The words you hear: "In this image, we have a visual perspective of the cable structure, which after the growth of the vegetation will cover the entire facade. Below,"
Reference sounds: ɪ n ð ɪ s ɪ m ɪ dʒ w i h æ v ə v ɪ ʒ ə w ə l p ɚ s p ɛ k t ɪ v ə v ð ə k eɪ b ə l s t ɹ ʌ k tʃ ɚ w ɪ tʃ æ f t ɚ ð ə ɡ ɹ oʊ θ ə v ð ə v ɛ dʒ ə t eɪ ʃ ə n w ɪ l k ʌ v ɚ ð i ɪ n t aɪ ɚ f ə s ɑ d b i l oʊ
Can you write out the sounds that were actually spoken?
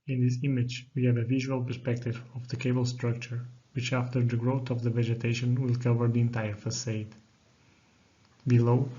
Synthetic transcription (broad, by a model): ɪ n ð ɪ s ɪ m ɪ dʒ w i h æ v ə v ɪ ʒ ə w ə l p ɚ s p ɛ k t ɪ v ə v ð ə k eɪ b ə l s t ɹ ʌ k tʃ ɚ w ɪ tʃ æ f t ɚ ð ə ɡ ɹ oʊ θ ə v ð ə v ɛ dʒ ə t eɪ ʃ ə n w ɪ l k ʌ v ɚ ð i ɪ n t aɪ ɚ f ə s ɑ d b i l oʊ